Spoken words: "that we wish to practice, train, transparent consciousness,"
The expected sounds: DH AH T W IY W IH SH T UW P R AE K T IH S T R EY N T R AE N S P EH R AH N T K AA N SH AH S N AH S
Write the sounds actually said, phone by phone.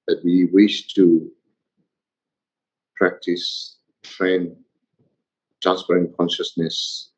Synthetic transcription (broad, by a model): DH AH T W IY W IH SH T UW P R AE K T IH S T R EY N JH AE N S F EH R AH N K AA N SH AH S N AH S